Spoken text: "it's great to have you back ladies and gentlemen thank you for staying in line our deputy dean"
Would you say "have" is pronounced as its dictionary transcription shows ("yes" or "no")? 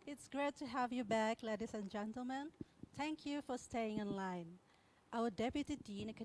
yes